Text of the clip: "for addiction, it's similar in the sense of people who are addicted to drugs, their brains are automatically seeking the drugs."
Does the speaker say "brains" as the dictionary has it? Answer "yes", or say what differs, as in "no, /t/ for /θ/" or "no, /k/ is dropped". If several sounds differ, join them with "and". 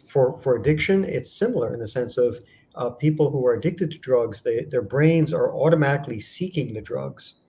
yes